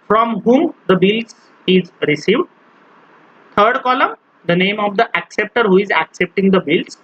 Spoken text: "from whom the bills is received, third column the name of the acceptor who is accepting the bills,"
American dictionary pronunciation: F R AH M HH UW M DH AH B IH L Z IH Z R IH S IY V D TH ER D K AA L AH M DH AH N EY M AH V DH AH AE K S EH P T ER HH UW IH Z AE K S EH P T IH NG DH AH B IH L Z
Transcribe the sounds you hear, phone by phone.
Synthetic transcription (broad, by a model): F R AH M HH UW M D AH B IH L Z IH Z R IH S IY V D T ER D K AA L AH M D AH N EY M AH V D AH AE K S EH P T ER HH UW IH Z AE K S EH P T IH NG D AH B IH L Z